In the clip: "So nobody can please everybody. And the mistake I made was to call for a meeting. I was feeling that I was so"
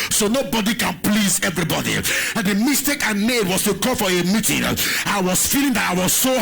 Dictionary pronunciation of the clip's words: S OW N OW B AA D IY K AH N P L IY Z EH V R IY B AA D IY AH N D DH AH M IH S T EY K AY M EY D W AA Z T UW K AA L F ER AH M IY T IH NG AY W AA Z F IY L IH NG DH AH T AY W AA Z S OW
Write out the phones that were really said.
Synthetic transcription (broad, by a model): S OW N OW B AA D IY K AH N P L IY Z EH V R IY B AA D IY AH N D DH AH M IH S T EY K AY M EY D W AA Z T UW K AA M F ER AH M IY T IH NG AY W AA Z F IY L IH NG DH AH T AY W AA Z S OW